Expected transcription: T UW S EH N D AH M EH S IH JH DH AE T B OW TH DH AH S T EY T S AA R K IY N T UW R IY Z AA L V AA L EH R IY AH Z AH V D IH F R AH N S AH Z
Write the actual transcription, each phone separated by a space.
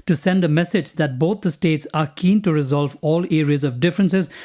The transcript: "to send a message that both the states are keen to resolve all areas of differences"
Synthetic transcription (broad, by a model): T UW S EH N D AH M EH S IH JH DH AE T B OW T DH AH S T EY T S AA R K IY N T UW R IY Z AA L V AA L EH R IY AH Z AH V D IH F R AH N S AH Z